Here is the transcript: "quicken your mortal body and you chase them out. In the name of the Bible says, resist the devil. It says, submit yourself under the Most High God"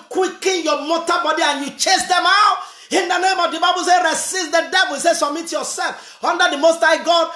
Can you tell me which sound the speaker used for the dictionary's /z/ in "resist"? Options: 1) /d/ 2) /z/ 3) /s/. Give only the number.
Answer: 3